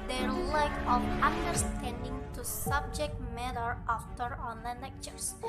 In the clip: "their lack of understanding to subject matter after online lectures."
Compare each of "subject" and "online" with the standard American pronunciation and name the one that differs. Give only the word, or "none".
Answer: none